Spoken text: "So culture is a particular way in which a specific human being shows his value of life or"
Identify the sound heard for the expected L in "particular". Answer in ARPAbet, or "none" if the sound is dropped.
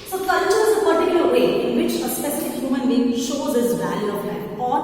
none